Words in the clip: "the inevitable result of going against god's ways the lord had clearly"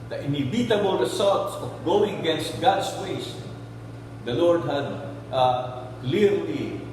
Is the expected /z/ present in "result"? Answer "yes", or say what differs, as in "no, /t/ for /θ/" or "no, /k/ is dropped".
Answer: no, /s/ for /z/